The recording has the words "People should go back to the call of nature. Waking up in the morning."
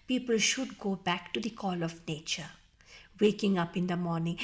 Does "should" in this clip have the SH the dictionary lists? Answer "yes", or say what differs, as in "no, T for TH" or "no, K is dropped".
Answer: yes